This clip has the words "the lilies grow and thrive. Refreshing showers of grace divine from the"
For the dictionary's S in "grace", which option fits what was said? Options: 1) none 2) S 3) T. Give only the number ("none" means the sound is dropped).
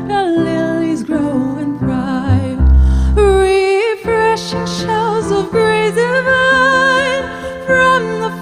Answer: 1